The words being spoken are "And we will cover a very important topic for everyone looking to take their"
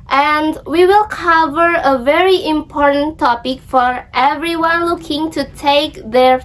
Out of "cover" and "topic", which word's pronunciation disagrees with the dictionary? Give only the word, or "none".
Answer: none